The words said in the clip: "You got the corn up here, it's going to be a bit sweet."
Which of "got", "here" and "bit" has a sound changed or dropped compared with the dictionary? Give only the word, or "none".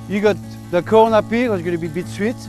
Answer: here